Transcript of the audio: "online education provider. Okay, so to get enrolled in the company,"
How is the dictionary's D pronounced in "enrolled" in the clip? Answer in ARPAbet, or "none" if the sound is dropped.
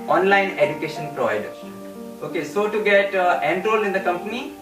none